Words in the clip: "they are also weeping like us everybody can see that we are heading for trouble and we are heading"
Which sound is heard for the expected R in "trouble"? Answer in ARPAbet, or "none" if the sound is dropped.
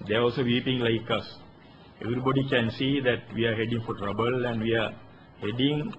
R